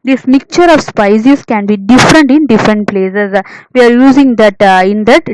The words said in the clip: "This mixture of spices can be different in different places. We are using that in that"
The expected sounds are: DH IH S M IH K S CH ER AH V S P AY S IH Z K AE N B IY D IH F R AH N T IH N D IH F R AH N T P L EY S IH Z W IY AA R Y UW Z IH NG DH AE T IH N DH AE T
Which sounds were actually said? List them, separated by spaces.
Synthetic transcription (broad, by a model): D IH S M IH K CH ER AH V S P AY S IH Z K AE N B IY D IH F R AH N T IH N D IH F R AH N T P L EY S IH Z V IY AA R Y UW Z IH NG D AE T IH N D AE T